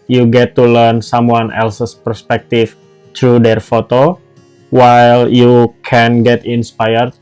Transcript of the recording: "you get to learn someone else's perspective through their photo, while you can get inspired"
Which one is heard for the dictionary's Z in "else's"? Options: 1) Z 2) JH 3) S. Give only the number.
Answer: 3